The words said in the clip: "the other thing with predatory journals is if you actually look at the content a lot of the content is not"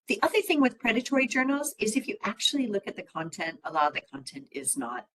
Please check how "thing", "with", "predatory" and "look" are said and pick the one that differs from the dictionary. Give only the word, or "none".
none